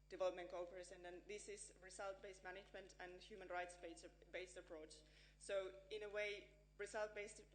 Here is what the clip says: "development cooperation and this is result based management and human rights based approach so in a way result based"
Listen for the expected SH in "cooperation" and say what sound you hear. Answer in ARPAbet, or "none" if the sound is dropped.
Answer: S